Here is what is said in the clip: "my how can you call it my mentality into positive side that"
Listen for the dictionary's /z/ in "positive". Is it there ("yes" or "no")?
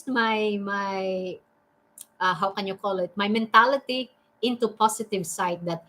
no